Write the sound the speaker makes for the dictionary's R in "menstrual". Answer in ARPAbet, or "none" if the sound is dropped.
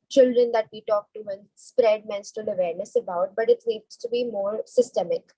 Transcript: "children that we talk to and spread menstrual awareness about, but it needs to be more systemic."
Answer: none